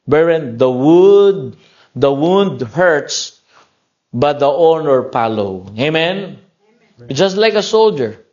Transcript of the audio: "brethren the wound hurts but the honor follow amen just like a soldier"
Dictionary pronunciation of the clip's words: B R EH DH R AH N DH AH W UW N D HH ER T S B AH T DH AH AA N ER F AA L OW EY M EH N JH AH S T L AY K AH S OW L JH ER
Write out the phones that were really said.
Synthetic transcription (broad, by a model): B R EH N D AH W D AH W UW N D HH ER T S B AH T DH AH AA N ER P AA L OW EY M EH N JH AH S T L AY K AH S OW L JH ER